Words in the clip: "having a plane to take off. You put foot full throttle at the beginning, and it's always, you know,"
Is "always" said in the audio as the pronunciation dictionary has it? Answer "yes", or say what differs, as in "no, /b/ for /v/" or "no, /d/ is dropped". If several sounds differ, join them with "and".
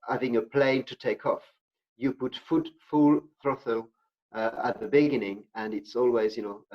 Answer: yes